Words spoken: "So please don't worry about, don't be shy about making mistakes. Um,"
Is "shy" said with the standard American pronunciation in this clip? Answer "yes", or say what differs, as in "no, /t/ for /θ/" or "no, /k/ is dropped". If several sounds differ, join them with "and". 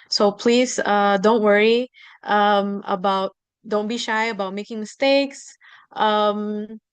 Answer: yes